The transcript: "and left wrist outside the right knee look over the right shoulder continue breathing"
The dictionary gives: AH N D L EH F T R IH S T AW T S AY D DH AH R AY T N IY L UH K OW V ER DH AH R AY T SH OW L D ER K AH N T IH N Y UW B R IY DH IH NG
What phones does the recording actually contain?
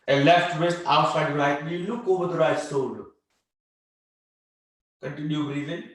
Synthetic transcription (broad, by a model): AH L EH F T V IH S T AW T S AY D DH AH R AY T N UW L UH K OW V ER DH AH R AY T S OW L K AH N T IH N Y UW R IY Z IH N